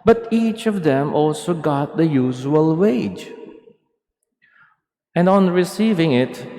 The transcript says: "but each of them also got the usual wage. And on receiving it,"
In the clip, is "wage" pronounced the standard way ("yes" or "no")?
yes